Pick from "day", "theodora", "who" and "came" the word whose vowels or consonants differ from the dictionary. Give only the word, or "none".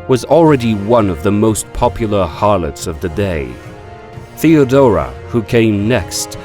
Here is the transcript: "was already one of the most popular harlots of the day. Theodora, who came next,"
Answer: none